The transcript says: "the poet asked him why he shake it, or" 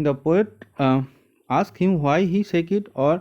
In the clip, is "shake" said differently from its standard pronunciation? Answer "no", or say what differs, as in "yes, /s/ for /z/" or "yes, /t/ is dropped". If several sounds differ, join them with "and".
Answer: yes, /s/ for /ʃ/